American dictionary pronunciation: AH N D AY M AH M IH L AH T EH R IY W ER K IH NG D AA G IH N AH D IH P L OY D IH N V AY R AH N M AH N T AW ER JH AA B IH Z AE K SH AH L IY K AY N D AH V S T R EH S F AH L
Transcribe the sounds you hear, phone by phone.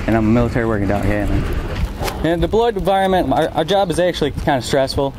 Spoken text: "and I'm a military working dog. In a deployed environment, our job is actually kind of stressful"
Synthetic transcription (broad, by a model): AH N AY M AH M IH L AH T EH R IY W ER K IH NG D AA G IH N AH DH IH B L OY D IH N V AY R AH N M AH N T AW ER JH AA B IH Z AE K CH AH L IY K AY N D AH S T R EH S F L